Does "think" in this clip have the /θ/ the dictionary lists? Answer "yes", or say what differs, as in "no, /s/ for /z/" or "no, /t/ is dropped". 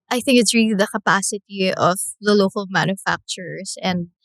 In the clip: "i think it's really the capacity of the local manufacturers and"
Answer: yes